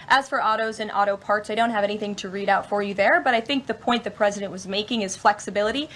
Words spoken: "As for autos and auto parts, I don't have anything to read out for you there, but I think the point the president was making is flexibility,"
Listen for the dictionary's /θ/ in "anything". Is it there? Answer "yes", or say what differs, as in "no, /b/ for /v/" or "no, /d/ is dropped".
yes